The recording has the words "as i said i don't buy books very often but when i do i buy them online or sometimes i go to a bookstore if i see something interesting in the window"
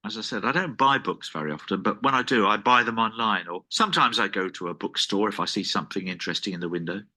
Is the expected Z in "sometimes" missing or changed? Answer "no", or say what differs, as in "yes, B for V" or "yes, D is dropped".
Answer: no